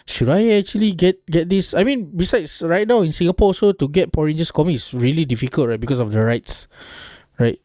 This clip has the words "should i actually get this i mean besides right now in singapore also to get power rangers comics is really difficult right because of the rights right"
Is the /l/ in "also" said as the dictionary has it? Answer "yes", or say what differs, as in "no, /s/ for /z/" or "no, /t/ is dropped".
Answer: no, /l/ is dropped